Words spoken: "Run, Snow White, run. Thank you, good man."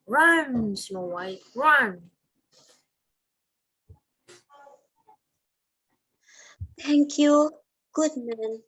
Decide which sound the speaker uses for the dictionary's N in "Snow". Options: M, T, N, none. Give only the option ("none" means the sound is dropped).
none